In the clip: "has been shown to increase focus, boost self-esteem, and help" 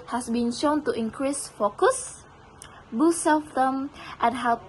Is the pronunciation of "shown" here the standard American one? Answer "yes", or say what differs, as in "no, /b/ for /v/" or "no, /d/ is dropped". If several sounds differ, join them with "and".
yes